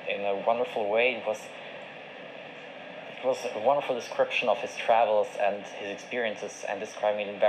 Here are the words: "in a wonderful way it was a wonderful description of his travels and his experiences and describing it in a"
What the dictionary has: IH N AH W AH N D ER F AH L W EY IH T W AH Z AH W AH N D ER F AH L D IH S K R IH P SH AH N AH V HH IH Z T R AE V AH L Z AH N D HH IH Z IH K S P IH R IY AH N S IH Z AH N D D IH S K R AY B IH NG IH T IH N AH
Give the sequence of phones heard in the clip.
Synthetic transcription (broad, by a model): IH N AH W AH N D ER F L W EY IH T W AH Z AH W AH N D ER F L D IH S K R IH P SH AH N AH V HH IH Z T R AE V L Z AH N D HH IH Z IH K S P IH R IY AH N S IH Z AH N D D IH S K R AY B IH NG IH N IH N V